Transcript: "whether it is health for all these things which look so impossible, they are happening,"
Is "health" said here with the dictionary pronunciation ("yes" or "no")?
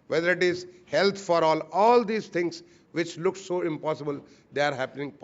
no